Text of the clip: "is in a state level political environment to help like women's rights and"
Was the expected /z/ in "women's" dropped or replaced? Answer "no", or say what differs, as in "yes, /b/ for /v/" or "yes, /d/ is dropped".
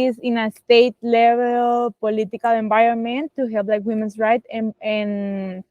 yes, /s/ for /z/